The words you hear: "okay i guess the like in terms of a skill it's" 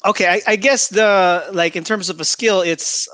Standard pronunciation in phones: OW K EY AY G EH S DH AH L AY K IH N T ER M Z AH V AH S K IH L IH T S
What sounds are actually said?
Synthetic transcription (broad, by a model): OW K EY AY G EH S DH AH L AY K IH N T ER M Z AH V AH S K IH L IH T S